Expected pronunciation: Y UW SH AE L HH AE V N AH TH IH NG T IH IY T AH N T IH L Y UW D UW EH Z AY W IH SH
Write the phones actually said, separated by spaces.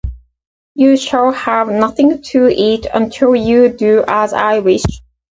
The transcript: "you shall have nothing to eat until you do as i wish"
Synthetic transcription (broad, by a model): Y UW SH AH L HH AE V N AH TH IH NG T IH IY T AH N T IH L Y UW D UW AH Z AY W IH SH